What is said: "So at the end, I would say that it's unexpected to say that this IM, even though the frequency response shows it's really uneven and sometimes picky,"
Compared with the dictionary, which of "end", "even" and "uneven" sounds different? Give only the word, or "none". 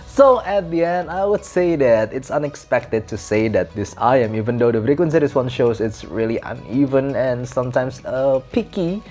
none